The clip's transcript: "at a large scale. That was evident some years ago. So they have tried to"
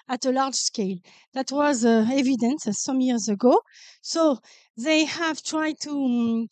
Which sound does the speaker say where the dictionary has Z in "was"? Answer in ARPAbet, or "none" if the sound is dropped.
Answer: Z